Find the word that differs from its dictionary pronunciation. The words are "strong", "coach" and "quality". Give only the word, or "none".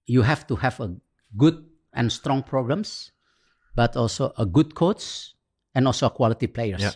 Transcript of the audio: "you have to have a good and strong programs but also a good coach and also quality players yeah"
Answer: coach